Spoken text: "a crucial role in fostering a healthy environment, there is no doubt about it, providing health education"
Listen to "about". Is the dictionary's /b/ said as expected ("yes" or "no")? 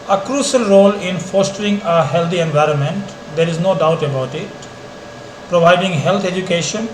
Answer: yes